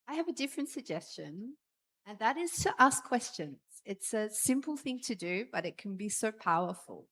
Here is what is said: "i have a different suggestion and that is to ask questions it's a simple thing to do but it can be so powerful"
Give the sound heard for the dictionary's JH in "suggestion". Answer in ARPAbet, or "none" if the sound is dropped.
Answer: JH